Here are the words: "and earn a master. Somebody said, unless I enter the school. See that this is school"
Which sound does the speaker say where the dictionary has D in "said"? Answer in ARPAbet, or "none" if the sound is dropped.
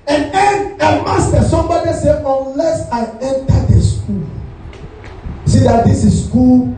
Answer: none